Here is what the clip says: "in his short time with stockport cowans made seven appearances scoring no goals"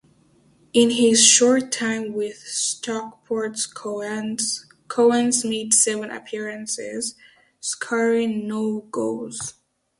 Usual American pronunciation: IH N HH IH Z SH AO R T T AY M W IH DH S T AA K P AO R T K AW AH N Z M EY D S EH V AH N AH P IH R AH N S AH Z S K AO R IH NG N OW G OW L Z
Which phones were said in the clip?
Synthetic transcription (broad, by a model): IH N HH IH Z SH AO R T T AY M W IH DH S T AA K P AO R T K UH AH N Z M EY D S EH V AH N AH P IH R AH N S AH Z S K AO R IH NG N OW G OW Z